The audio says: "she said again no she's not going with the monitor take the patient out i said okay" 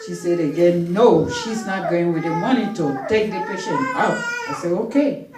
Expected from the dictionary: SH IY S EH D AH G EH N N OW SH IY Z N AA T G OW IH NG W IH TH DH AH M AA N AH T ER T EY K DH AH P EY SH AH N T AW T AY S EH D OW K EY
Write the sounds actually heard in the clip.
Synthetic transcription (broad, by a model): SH IY S EH D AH G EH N N OW SH IY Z N AA T G OW IH NG W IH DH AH M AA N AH T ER T EY K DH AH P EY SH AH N AW T AY S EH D OW K EY